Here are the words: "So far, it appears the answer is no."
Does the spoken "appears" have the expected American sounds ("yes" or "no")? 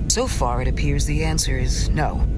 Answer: yes